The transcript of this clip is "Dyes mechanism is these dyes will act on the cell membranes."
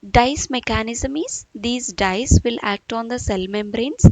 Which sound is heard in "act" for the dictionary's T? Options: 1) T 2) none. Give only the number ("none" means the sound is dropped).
1